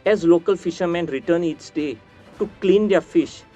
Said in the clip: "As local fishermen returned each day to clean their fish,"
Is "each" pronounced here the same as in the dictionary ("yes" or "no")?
no